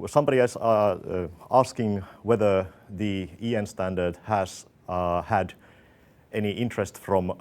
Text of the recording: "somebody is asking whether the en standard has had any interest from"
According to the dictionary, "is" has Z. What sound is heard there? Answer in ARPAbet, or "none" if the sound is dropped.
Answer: S